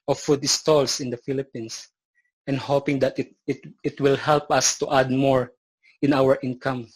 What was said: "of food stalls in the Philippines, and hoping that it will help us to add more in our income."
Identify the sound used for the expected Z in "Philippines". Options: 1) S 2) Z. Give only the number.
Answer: 1